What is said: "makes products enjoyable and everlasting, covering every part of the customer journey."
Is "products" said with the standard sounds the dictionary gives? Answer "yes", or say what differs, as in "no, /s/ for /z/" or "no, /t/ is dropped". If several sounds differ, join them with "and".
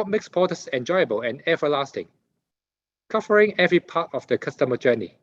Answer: no, /ɹ/ is dropped and /k/ is dropped